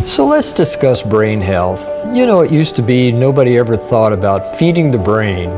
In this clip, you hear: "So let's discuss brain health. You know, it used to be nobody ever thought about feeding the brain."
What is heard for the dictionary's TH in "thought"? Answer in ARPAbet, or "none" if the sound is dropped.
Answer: TH